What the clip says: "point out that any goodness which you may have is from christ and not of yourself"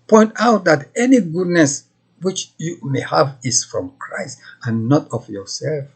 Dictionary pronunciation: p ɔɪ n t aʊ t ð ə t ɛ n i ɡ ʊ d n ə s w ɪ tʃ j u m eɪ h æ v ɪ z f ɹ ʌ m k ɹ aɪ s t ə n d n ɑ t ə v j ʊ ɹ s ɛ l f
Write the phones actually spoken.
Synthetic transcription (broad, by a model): p ɔɪ n t aʊ t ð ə t ɛ n i ɡ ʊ d n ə s w ɪ tʃ j u m eɪ h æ v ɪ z f ɹ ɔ m k ɹ aɪ s t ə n n ɑ t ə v j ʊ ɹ s ɛ l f